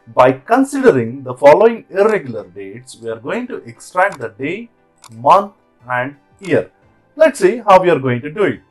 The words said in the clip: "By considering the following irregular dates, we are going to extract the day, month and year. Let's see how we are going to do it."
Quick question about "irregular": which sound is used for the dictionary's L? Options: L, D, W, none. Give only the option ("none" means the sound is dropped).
L